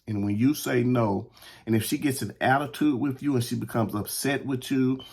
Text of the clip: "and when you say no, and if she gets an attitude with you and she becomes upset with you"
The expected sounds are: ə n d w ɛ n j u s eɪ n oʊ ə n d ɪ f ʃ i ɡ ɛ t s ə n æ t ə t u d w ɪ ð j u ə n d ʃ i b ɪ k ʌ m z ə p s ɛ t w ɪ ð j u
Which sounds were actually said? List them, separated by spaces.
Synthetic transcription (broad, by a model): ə n w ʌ n j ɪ s eɪ n oʊ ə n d ɪ f ʃ i ɡ ɛ t s ə n æ t ə t u d w ɪ ð j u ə n ʃ i b ɪ k ʌ m z ə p s ɛ t w ɪ ð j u